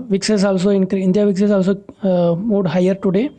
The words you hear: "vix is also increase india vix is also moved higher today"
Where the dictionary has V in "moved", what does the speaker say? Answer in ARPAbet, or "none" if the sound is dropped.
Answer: none